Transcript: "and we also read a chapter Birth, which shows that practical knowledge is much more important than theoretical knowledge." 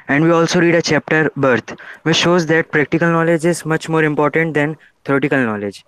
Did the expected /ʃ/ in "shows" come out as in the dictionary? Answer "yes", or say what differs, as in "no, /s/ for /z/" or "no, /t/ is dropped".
yes